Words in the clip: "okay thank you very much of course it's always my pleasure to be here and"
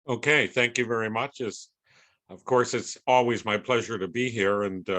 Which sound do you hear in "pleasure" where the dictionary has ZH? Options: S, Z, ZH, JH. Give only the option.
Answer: ZH